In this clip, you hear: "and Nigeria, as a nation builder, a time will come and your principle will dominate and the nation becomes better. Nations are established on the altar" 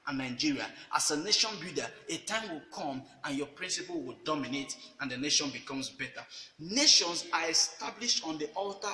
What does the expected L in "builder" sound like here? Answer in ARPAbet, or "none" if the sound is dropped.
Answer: none